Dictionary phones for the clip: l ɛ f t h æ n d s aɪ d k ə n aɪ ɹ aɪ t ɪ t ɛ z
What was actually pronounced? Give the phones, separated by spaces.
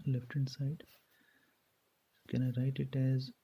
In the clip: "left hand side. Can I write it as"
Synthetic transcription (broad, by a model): l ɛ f t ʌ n s aɪ d k ə n aɪ ɹ aɪ t ɪ t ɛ z